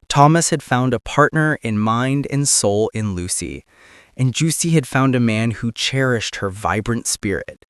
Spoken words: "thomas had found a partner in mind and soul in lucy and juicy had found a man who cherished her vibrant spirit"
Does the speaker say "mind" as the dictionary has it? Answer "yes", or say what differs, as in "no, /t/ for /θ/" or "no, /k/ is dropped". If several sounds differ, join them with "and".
yes